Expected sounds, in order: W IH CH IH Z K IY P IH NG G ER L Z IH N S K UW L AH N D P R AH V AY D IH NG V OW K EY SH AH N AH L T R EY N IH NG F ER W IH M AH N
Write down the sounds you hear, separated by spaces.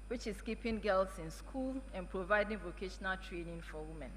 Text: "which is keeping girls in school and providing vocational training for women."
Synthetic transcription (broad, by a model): W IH CH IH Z K IY P IH NG G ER L S IH N S K UW L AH N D P R AH V AY D IH NG V OW K EY SH AH N AH L T R EY N IH NG F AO W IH M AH N